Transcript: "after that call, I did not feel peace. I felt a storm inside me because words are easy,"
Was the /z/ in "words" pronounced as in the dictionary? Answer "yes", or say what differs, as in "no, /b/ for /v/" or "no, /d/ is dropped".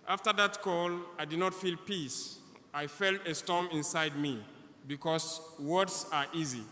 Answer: no, /s/ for /z/